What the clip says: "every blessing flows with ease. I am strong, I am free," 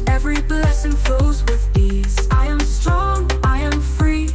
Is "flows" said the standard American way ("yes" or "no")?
no